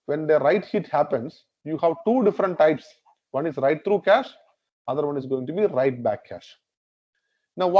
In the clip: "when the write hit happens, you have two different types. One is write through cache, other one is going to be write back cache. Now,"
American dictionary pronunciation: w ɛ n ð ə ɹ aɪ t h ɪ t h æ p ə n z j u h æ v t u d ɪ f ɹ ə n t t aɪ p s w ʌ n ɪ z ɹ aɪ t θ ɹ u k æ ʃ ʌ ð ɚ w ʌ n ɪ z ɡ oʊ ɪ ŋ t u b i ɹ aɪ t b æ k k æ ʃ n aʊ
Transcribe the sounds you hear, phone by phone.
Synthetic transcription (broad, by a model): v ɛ n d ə ɹ aɪ t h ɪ t h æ p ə n s j u h æ v t u d ɪ f ɹ ə n t t aɪ p s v ʌ n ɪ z ɹ aɪ t t ɹ u k æ ʃ ʌ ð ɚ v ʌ n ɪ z ɡ oʊ ɪ ŋ t u b i ɹ aɪ t b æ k k æ ʃ n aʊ